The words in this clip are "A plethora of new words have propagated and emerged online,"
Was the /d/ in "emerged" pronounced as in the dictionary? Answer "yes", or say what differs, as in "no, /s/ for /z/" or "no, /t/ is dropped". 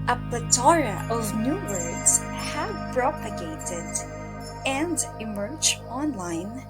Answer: no, /d/ is dropped